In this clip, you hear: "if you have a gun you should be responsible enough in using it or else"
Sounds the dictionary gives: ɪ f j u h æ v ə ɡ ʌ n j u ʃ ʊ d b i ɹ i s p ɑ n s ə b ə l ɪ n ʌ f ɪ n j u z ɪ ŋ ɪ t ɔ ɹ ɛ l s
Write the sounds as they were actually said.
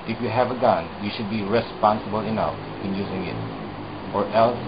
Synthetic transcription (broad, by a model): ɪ f j u h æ v ə ɡ ʌ n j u ʃ ʊ d b i ɹ i s p ɑ n s ə b ə l ɪ n ʌ f ɪ n j u z ɪ ŋ ɪ t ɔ ɹ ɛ l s